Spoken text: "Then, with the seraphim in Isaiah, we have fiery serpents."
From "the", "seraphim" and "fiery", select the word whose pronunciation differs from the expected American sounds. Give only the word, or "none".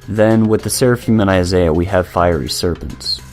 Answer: none